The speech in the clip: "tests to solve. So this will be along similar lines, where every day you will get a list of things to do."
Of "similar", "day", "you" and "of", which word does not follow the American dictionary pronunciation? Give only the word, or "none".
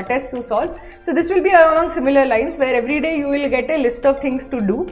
none